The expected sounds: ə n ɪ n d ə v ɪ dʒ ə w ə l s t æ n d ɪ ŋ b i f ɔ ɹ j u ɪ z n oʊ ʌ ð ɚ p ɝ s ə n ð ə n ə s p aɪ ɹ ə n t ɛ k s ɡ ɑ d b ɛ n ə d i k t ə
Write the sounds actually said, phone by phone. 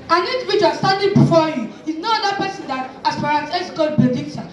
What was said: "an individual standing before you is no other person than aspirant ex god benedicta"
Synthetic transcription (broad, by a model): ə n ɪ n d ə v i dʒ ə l s t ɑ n d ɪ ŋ b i f ɔ j u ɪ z n oʊ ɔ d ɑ p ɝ s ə n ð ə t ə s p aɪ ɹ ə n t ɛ s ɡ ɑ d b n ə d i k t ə